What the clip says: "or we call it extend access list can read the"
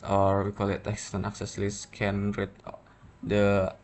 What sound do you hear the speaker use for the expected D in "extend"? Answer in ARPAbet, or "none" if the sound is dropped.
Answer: none